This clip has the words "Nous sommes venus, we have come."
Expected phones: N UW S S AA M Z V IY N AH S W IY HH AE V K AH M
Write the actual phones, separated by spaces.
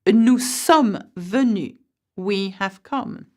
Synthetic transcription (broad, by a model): N UW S S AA M V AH N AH W IY HH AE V K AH M